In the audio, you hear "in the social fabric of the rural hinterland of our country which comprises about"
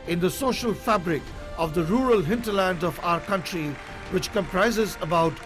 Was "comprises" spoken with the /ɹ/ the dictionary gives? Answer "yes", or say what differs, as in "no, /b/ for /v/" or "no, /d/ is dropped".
yes